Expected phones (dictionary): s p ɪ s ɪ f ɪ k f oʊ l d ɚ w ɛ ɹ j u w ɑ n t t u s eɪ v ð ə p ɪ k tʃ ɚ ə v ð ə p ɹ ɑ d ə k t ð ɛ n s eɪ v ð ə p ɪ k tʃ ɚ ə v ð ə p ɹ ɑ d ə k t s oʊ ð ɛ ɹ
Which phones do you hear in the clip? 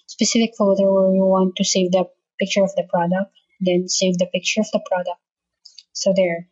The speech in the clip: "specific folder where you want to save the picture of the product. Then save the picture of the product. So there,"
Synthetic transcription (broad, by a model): s p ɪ s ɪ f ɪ k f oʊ d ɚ w ɛ ɹ j u w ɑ n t t u s eɪ v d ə p ɪ k tʃ ɚ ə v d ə p ɹ ɑ d ə k t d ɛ n s eɪ v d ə p ɪ k tʃ ɚ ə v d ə p ɹ ɑ d ə k t s oʊ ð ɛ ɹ